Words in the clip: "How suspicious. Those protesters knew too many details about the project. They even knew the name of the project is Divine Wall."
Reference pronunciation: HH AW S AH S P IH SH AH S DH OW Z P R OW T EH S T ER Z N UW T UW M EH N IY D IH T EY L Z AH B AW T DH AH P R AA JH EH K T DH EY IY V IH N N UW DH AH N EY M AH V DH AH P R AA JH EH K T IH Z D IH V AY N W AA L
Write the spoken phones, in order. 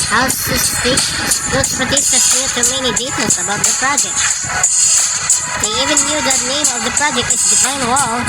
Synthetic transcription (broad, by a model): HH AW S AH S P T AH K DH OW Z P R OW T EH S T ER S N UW T UW M EH N IY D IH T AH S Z AH B AW T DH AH P R AA JH EH K T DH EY IY V IH N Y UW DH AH N EY M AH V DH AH P R AA JH EH K T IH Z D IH F AY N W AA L